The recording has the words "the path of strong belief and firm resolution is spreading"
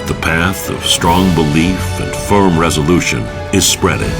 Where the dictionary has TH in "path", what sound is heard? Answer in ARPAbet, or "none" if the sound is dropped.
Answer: TH